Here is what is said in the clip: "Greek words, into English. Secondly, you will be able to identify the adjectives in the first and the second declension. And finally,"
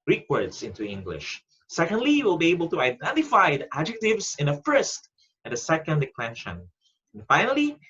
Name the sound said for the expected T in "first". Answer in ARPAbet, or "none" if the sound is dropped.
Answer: T